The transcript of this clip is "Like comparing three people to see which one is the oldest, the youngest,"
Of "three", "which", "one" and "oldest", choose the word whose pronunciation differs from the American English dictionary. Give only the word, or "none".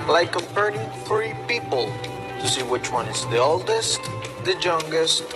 three